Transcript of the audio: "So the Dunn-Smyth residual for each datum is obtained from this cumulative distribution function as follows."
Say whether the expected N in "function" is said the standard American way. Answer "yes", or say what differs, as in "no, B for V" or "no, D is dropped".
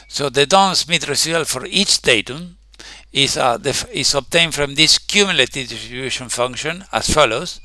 yes